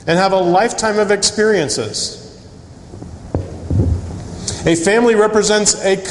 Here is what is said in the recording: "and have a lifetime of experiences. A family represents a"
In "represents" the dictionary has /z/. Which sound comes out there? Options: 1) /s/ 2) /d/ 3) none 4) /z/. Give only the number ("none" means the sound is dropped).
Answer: 4